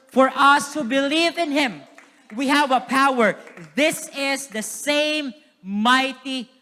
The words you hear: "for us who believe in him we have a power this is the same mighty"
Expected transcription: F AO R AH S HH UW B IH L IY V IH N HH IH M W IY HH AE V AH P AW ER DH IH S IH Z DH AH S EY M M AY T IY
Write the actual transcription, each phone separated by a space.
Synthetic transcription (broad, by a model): F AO R AH S HH UW B IH L IY V IH N HH IH M W IY HH AE V AH P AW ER DH IH S IH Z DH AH S EY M M AY T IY